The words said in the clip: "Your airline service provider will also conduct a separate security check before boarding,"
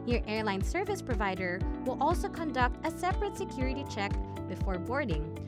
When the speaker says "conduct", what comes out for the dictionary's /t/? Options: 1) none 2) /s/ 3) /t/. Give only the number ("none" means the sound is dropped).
3